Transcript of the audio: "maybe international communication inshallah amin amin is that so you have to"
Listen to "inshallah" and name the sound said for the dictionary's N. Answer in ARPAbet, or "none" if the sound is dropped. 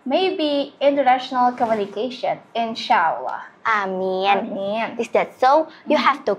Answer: N